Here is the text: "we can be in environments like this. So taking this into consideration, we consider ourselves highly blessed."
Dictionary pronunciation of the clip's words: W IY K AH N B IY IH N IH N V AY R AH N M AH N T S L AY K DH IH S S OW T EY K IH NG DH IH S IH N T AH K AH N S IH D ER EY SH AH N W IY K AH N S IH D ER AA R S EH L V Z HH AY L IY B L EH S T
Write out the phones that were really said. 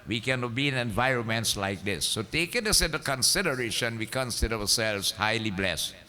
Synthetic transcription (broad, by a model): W IY K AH N B IY IH N IH N V AY R AH N M AH N T S L AY K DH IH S S OW T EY K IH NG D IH S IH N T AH K AH N S IH D ER EY SH AH N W IY K AH N S IH D ER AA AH S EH L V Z HH AY L IY B L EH S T